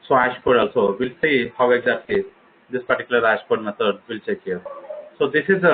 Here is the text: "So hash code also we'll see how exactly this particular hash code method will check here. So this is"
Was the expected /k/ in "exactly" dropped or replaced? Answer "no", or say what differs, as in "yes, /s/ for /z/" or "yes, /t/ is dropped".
yes, /k/ is dropped